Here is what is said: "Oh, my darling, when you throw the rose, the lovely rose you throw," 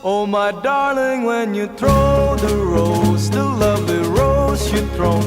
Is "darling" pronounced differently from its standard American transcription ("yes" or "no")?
no